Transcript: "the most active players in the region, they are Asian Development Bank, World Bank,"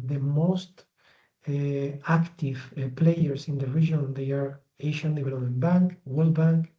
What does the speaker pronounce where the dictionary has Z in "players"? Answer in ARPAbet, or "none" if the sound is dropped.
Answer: S